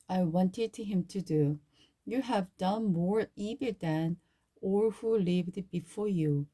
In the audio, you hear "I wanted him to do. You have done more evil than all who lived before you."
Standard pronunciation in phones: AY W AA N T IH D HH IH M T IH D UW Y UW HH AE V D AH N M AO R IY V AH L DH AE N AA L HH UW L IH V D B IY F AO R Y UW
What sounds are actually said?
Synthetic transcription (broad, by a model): AY W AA N T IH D HH IH M T IH D UW Y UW HH AE V D AH N M AO R IY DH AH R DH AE N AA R HH UW L IH V D B IY F AO R Y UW